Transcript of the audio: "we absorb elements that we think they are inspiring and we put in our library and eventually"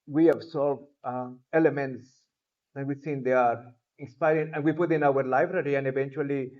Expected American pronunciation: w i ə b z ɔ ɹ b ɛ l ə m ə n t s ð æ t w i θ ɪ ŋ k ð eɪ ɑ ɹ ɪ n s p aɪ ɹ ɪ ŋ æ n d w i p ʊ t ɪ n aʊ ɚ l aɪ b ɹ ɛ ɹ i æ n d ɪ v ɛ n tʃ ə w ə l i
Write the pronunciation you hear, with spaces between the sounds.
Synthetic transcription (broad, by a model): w i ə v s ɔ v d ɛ l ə m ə n t s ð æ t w i s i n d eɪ ɑ ɹ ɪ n s p aɪ ɹ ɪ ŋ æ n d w i p ʊ t ɪ n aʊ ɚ l aɪ b ɹ ɛ ɹ i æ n d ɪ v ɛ n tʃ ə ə l i